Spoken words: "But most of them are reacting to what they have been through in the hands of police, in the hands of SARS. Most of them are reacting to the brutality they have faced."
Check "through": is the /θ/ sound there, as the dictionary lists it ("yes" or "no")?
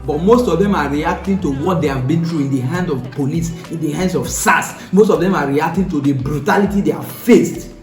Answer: no